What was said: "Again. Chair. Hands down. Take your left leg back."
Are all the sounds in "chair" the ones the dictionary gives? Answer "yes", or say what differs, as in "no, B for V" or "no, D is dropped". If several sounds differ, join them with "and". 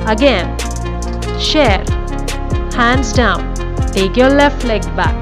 no, SH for CH